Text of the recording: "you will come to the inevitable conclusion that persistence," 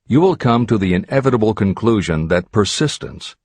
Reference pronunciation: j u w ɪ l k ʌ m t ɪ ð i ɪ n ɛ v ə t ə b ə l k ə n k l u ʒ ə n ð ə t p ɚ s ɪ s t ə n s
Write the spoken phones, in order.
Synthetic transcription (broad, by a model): j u w ɪ l k ʌ m t ɪ ð i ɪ n ɛ v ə t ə b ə l k ə n k l u ʒ ə n ð ə t p ɚ s ɪ s t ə n s